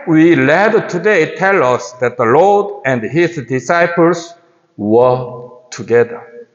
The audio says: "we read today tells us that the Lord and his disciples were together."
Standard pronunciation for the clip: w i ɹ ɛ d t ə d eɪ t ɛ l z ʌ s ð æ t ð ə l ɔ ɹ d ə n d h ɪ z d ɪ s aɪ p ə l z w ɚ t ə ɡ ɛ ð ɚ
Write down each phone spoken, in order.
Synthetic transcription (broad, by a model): w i l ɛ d t ə d eɪ t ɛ l ʌ s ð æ t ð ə l ɔ ɹ d ə n d h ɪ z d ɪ s aɪ p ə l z w ɚ t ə ɡ ɛ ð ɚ